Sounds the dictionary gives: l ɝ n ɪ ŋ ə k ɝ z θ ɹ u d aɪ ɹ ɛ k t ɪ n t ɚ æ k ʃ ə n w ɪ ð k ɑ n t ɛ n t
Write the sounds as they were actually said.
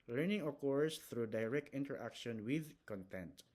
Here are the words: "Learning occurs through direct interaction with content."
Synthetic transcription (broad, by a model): l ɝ n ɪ ŋ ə k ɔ s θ ɹ u d aɪ ɹ ɛ k t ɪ n t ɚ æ k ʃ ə n w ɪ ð k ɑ n t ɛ n t